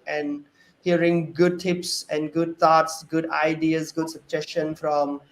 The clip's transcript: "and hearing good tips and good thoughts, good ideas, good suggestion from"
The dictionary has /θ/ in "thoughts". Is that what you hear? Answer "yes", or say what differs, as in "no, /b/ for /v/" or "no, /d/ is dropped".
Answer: no, /t/ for /θ/